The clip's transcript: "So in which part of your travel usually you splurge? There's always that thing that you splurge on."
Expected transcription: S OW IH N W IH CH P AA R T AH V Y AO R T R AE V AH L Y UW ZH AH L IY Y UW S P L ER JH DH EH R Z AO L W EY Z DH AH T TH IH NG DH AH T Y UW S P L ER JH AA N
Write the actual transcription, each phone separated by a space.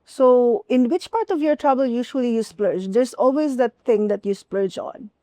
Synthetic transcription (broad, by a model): S OW IH N W IH CH P AA R T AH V Y AO R T R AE B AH L Y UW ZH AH L IY Y UW S P L ER JH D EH R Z AO L W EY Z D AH T TH IH NG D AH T Y UW S P L ER JH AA N